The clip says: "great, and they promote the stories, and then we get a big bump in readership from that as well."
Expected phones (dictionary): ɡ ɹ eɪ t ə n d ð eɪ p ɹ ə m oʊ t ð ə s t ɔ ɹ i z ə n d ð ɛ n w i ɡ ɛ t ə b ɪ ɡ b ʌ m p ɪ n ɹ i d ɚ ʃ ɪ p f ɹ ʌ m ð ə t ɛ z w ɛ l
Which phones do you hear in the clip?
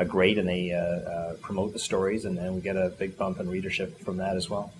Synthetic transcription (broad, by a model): ɡ ɹ eɪ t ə n ð eɪ p ɹ ə m oʊ t ð ə s t ɔ ɹ i z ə n ð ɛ n w i ɡ ɛ t ə b ɪ ɡ b ʌ m p ɪ n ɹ i d ɚ ʃ ɪ p f ɹ ʌ m ð ə t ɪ z w ɛ l